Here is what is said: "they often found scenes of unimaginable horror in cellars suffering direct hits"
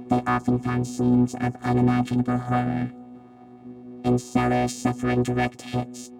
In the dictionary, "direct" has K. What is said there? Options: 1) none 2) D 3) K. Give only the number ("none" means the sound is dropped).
3